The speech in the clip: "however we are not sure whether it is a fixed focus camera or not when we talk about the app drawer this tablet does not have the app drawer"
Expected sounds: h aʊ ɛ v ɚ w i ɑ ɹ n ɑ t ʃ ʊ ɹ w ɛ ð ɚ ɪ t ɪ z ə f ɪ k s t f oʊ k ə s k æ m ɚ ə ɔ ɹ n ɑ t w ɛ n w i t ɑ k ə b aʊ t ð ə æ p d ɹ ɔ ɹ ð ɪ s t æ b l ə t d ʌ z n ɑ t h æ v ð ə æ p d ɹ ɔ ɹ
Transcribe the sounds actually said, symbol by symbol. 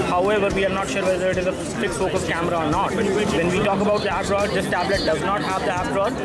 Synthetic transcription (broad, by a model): h aʊ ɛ v ɚ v i ɑ ɹ n ɑ t ʃ ʊ ɹ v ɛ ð ɚ ɪ t ɪ z ə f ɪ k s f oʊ k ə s k æ m ɚ ə ɔ ɹ n ɑ t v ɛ n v i t ɑ k ə b aʊ t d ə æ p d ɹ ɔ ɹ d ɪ s t æ b l ə t d ʌ z n ɑ t h æ v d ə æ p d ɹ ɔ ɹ